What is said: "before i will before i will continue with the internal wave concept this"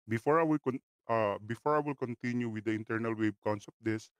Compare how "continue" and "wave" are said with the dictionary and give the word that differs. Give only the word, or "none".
wave